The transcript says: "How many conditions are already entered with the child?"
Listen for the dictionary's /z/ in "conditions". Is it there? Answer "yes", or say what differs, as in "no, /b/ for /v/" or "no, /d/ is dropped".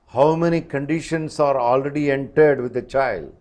no, /s/ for /z/